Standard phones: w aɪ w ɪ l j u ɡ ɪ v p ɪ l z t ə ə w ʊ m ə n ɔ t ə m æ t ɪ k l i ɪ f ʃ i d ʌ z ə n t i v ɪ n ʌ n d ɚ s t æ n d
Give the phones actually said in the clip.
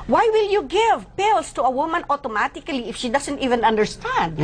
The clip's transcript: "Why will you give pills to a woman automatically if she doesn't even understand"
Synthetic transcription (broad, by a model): w aɪ w ɪ l j u ɡ ɪ v p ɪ l s t ə ə w ʊ m ə n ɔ t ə m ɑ t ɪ k l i ɪ f ʃ i d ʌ s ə n t i v ɪ n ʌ n d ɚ s t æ n d